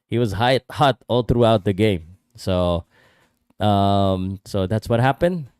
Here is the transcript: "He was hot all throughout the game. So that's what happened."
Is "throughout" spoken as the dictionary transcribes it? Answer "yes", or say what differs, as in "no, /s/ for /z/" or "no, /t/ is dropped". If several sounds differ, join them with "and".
yes